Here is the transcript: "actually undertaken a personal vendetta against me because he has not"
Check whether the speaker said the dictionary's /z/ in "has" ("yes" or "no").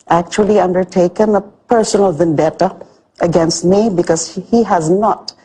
yes